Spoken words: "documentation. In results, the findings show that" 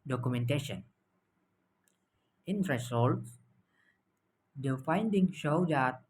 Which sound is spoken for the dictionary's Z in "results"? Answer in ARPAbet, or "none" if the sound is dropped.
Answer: S